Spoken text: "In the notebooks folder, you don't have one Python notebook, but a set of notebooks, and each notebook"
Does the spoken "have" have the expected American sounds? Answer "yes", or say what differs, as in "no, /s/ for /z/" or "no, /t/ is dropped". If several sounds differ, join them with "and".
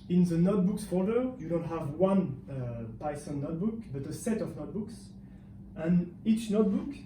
yes